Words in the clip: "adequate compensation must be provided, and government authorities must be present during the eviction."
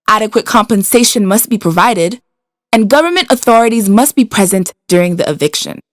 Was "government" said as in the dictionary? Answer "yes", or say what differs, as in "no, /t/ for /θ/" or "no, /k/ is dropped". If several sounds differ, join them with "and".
yes